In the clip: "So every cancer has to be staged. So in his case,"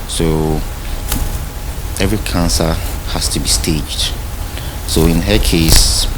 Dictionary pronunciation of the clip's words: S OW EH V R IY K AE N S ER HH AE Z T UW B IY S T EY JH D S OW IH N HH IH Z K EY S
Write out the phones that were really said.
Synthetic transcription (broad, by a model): S OW EH V R IY K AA N S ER HH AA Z T UW B IY S T EY JH D S OW IH N HH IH K EY S